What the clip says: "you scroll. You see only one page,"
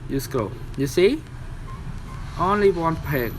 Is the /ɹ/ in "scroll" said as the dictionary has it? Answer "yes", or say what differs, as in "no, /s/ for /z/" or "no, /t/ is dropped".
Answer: no, /ɹ/ is dropped